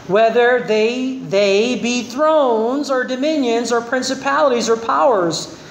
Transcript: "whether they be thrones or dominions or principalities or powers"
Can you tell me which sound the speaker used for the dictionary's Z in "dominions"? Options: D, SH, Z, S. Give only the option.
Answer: Z